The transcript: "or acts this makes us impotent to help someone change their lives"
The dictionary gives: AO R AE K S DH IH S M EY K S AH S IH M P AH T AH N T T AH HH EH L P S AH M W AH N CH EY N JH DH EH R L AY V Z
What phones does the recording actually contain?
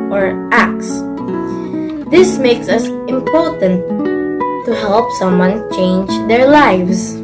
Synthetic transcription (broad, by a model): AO R AE K S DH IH S M EY K S AH S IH M P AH T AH N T T AH HH EH L P S AH M W AH N CH EY N JH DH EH R L AY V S